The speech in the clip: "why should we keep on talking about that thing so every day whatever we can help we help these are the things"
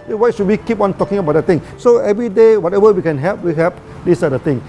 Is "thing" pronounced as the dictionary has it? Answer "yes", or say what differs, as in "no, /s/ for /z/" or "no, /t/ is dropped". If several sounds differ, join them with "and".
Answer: no, /t/ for /θ/